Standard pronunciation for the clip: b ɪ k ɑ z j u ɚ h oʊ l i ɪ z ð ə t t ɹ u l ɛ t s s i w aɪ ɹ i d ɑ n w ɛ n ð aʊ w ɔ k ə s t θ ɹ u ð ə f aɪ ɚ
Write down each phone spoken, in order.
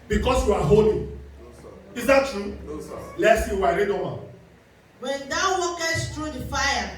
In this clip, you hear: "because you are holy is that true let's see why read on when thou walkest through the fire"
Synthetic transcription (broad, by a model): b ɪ k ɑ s j u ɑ h oʊ l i ɪ z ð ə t t ɹ u l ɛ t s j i w aɪ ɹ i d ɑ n w ɛ n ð aʊ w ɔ k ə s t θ ɹ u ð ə f aɪ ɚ